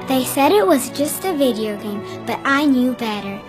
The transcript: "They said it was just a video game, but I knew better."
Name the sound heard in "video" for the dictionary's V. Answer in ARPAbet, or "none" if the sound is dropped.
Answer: V